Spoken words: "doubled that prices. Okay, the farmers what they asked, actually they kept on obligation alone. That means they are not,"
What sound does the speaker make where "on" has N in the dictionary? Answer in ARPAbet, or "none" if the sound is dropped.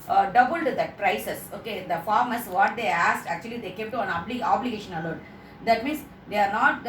L